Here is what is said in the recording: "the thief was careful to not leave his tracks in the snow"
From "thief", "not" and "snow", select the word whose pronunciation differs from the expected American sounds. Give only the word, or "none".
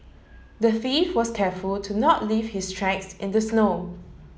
thief